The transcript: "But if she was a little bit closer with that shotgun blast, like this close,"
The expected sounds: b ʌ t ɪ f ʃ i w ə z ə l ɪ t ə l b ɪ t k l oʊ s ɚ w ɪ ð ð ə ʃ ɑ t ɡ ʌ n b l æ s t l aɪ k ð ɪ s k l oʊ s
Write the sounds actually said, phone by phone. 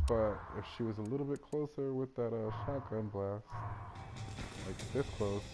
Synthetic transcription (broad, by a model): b ʌ t ɪ f ʃ i w ə z ə l ɪ t l b ɪ t k l oʊ s ɚ w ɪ ð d ə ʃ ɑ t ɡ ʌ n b l æ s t l aɪ k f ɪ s k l oʊ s